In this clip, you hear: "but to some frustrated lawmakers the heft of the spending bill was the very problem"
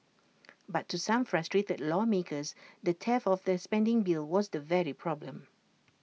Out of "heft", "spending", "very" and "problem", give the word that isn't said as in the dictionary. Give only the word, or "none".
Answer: heft